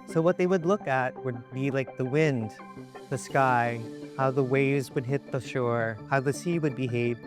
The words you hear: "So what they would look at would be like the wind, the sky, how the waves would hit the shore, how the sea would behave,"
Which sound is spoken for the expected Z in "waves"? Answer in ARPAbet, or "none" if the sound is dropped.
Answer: Z